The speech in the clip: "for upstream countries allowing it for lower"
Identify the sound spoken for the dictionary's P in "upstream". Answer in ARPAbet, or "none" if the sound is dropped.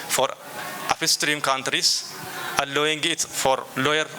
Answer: F